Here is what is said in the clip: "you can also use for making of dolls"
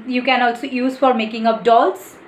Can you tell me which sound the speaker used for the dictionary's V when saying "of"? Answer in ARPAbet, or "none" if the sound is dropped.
P